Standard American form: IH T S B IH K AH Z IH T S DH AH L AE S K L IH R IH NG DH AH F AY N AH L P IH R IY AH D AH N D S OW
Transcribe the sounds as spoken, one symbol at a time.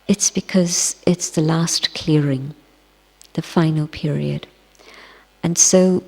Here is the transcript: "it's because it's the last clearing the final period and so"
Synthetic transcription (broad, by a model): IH T S B IH K AH Z IH T S DH AH L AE S K L IH R IH NG DH AH F AY N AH L P IH R IY AH D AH N S OW